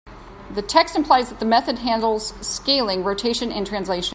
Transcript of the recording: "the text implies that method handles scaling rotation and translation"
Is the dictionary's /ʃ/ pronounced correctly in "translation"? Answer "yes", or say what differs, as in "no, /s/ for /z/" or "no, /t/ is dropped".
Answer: no, /ʃ/ is dropped